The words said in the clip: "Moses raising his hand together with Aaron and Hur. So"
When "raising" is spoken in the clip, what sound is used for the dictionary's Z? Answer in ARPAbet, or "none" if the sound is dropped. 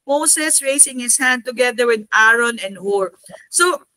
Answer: S